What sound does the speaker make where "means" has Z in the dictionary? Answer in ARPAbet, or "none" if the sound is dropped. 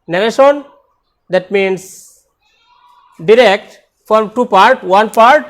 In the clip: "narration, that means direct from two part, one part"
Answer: S